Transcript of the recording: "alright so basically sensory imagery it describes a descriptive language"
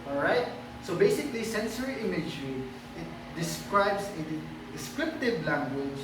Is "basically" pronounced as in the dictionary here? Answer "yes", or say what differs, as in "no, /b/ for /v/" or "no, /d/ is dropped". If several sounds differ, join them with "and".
yes